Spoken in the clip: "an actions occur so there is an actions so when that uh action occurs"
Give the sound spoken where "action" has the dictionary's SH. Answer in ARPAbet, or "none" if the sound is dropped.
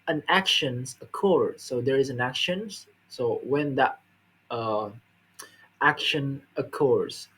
SH